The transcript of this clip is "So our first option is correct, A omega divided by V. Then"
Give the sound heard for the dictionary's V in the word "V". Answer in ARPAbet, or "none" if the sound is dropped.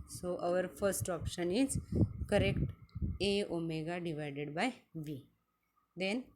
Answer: V